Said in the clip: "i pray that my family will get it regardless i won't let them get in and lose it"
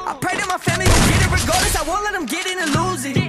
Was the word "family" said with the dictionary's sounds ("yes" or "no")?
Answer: yes